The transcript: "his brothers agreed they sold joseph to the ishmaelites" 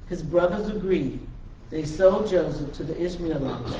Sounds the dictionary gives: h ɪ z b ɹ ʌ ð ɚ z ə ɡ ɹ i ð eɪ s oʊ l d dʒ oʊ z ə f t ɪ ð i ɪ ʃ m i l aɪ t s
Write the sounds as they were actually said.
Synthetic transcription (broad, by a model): h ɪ z b ɹ ʌ ð ɚ z ə ɡ ɹ i ð eɪ s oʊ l dʒ oʊ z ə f t ɪ ð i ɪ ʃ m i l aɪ